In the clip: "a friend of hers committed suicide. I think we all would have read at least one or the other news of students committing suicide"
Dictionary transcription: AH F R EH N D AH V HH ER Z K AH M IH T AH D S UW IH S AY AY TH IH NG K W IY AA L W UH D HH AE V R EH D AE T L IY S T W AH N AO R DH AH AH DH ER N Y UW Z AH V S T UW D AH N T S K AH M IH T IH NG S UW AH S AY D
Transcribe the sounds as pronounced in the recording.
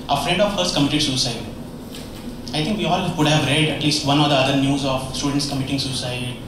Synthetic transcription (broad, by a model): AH F R EH N D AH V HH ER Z K AH M IH T AH D S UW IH S AY AY T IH NG K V IY AA L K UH D HH AE V R EH D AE T L IY S T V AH N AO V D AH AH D ER N Y UW Z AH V S T UW D AH N T S K AH M IH T IH NG S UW S AY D